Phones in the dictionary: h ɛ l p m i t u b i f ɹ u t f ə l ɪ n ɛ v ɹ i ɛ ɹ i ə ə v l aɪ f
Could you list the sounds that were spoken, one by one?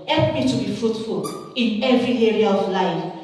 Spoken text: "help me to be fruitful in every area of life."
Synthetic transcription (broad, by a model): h ɛ l p m i t u b i f ɹ u t f ə l ɪ n ɛ v ɹ i ɛ ɹ i ə ə v l aɪ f